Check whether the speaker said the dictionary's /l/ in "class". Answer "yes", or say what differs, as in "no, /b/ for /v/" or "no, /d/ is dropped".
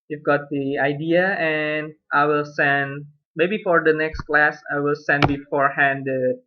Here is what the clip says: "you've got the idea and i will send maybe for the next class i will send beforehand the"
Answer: yes